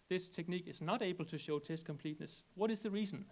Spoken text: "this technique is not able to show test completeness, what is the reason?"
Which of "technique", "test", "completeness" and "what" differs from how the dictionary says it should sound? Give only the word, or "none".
none